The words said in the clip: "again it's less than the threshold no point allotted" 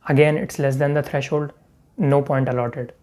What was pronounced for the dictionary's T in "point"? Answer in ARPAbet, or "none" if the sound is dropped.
T